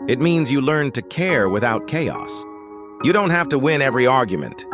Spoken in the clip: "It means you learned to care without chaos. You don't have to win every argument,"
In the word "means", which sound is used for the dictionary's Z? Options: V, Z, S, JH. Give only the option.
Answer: Z